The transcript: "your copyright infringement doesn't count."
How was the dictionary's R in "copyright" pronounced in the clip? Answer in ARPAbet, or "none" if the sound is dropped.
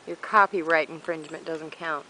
R